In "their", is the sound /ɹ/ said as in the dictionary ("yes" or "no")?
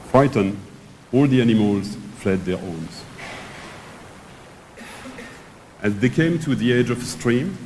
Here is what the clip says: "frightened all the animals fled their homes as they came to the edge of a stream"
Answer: yes